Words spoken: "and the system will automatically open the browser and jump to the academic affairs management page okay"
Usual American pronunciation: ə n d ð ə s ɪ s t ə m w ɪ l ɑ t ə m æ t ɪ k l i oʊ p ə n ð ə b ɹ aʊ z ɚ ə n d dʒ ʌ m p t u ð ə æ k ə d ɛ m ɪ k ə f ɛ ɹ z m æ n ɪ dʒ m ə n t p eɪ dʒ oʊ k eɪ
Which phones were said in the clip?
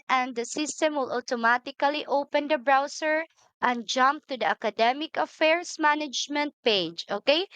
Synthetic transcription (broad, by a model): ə n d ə s ɪ s t ə m w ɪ l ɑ t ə m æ t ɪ k l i oʊ p ə n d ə b ɹ aʊ s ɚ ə n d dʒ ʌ m p t u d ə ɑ k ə d ɛ m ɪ k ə f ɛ ɹ s m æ n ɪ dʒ m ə n t p eɪ dʒ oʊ k eɪ